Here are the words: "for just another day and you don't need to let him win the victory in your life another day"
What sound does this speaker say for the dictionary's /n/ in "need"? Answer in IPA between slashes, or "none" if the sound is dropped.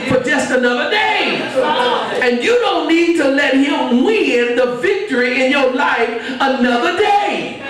/n/